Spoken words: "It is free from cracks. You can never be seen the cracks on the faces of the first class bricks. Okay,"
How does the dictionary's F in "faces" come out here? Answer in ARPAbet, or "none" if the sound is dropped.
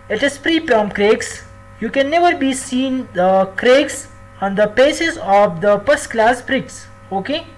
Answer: P